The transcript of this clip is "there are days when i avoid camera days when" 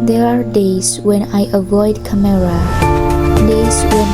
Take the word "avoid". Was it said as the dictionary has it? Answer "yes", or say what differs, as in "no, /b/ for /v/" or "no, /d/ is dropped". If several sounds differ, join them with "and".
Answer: yes